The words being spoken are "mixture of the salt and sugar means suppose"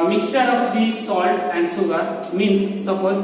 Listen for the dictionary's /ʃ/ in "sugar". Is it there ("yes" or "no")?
no